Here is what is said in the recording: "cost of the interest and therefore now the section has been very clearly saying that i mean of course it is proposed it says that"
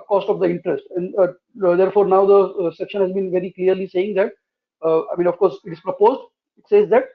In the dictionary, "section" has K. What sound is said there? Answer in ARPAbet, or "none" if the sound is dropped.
K